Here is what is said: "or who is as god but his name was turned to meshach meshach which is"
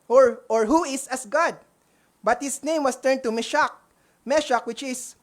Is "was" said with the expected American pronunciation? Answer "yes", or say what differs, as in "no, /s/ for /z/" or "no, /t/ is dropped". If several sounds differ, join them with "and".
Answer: no, /s/ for /z/